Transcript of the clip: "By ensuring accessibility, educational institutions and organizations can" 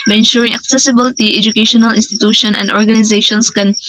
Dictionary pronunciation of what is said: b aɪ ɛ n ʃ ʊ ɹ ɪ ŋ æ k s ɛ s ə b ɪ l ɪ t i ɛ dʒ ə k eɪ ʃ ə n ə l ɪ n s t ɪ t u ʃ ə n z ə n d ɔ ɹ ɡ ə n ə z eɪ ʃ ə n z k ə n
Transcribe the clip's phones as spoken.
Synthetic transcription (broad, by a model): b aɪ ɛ n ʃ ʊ ɹ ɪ ŋ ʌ k s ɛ s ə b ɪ l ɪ t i ɛ dʒ ə k eɪ ʃ ə n ə l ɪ n s t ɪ t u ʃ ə n ə n d ɔ ɹ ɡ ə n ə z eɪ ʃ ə n s k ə n